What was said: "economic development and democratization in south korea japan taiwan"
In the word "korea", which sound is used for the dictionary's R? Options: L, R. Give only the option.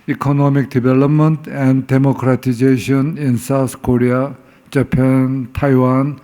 R